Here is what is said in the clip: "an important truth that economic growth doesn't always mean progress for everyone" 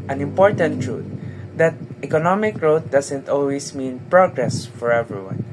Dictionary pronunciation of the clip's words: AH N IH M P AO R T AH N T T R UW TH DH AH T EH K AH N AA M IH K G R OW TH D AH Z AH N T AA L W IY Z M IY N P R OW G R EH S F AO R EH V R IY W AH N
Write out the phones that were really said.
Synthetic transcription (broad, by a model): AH N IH M P AO R T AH N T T R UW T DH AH T EH K AH N AA M IH K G R OW T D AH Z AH N T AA L W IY S M IY N P R OW G R EH S F AO R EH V R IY W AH N